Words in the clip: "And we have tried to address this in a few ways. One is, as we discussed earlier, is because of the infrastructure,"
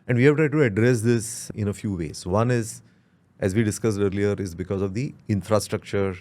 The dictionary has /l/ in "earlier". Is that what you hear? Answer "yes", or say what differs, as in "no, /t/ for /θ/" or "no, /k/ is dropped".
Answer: yes